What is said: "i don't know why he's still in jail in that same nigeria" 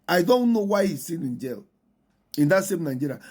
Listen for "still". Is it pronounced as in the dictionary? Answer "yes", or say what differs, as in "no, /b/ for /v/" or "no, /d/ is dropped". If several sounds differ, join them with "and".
no, /n/ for /l/